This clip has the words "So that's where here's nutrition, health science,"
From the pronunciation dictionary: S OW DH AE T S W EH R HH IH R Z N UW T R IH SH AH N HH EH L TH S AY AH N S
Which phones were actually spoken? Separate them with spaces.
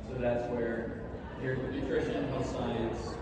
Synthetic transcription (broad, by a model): S OW DH AE T S W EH R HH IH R N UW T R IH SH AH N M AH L S AY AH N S